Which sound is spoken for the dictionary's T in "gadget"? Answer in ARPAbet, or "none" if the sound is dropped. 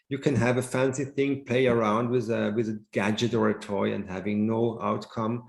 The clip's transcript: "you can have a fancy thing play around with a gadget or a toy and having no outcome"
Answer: T